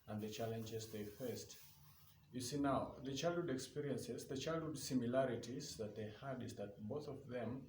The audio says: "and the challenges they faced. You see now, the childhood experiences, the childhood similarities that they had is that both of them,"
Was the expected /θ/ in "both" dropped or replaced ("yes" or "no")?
no